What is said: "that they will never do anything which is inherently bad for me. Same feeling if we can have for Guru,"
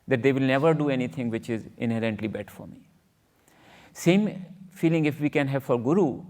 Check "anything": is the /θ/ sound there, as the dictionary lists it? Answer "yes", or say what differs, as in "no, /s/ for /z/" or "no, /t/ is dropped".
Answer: no, /t/ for /θ/